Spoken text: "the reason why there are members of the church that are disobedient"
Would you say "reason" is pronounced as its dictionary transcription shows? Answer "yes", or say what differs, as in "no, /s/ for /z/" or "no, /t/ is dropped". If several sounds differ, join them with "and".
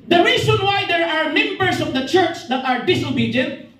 no, /s/ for /z/